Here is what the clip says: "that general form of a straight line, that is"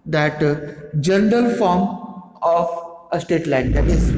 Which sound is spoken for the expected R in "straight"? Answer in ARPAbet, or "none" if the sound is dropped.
none